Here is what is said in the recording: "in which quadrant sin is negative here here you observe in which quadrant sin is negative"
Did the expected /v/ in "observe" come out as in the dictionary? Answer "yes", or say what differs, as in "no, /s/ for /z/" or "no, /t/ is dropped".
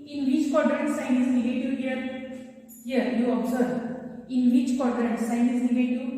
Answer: no, /v/ is dropped